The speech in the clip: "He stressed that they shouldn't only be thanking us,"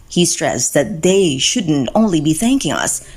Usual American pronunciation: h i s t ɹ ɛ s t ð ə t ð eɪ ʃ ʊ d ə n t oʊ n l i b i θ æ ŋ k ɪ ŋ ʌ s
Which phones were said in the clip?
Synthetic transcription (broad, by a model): h i s t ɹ ɛ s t ð ə t ð eɪ ʃ ʊ d n t oʊ n l i b i θ æ ŋ k ɪ ŋ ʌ s